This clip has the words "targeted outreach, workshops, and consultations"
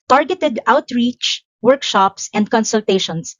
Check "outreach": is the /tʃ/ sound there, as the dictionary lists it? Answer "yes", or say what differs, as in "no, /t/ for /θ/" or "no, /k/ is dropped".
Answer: yes